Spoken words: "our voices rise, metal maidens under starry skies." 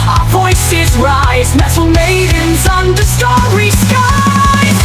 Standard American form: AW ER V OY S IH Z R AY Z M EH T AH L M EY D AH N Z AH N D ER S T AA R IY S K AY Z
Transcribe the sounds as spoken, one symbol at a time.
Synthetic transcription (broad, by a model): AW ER V OY S IH Z R AY Z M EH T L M EY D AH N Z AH N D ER S T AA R IY S K AY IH